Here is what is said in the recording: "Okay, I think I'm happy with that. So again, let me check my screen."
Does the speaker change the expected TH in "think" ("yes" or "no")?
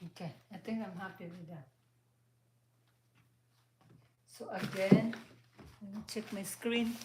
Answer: yes